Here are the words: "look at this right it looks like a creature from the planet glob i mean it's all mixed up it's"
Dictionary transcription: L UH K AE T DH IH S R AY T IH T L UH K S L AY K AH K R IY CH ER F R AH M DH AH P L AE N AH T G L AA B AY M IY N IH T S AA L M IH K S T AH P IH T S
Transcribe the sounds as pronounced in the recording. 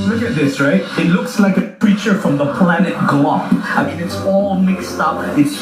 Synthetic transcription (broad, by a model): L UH K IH T DH IH S R AY T IH T L UH K S L AY K AH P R IY CH ER F R AH M DH AH P L AE N AH T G L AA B AY M IY N IH T S AA L M IH K S T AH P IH T S